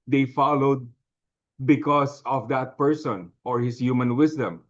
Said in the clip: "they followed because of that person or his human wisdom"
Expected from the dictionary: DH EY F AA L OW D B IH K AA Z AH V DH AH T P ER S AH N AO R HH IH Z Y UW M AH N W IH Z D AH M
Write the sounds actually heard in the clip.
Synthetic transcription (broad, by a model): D EY F AA L OW D B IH K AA S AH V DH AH T P ER S AH N AO R HH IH S Y UW M AH N W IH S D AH M